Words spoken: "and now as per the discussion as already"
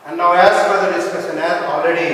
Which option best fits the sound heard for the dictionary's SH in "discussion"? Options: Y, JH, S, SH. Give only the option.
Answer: S